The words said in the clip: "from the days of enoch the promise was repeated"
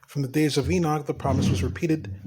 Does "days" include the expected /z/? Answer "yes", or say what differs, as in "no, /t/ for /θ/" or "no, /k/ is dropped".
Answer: yes